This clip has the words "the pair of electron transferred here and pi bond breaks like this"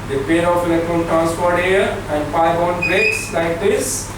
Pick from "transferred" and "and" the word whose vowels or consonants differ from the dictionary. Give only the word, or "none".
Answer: transferred